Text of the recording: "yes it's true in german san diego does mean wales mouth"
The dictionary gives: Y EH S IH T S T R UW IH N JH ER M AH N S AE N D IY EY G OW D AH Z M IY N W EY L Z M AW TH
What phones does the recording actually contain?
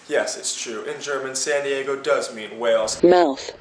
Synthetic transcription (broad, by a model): Y EH S IH T S T R UW IH N JH ER M AH N S AE N D IY EY G OW D AH Z M IY N W EY L Z M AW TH